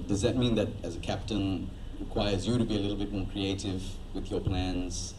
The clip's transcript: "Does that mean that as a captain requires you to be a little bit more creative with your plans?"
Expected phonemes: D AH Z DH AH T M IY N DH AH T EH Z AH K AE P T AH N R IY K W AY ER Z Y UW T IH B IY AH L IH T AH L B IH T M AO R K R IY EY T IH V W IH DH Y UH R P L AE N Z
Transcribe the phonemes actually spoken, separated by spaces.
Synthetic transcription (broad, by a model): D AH Z DH AH T M IY N DH AH T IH Z AH K AE P T AH N R IY K W AY ER Z Y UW T IH B IY AH L IH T L B IH T M AO R K R IY EY T IH V W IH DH Y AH R P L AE N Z